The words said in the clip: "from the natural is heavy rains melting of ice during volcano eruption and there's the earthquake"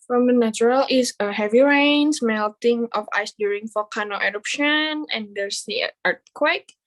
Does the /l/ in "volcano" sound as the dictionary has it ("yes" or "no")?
no